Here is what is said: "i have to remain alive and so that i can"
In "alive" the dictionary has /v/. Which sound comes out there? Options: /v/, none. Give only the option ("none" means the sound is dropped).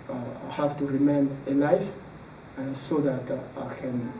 none